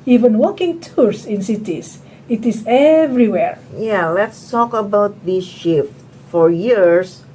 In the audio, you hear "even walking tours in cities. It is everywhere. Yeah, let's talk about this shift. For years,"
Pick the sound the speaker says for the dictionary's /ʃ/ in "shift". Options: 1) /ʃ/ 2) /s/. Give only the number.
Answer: 1